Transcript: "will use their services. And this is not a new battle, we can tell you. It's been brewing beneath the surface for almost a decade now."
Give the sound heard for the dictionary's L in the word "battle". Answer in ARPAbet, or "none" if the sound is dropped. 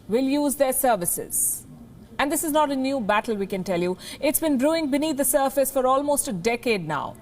L